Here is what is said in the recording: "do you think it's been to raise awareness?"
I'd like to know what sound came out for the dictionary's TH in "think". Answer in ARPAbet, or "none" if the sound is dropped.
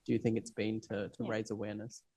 TH